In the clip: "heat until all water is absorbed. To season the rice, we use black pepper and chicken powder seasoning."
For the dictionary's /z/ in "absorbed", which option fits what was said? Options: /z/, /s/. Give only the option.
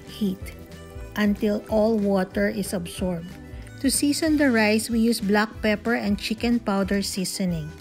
/s/